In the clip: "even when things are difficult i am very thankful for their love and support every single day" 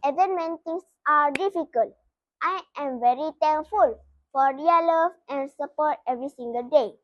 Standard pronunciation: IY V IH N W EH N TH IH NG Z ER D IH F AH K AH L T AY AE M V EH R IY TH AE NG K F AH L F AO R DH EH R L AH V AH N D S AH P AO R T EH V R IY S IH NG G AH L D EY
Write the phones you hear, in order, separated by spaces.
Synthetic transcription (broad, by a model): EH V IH N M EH N T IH NG S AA D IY F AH K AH L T AY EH M V EH R IY T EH NG K F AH L F AO R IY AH L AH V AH N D S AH P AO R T EH V R IY S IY NG G AH L D EY